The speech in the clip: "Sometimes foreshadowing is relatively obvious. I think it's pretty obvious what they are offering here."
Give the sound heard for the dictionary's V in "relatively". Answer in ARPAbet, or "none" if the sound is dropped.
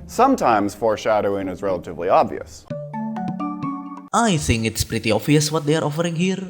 V